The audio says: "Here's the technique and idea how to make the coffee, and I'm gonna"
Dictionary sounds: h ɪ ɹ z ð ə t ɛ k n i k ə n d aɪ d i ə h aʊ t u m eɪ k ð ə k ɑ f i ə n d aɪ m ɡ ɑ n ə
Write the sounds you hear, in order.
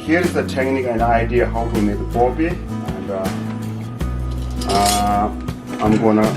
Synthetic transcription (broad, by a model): h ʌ ɹ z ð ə t ɛ k n i k ə n d aɪ d i ə h aʊ t u m eɪ k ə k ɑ p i ə n d aɪ m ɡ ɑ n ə